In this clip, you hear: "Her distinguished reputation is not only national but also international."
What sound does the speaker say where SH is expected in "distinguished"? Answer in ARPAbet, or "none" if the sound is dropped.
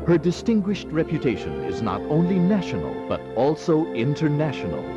SH